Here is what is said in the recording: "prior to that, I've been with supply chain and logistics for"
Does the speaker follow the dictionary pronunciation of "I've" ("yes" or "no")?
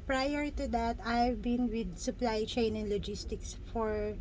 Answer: yes